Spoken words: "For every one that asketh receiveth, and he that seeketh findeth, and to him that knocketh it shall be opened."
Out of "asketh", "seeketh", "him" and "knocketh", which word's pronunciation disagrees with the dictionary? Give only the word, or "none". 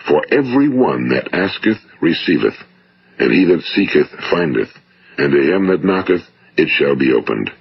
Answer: none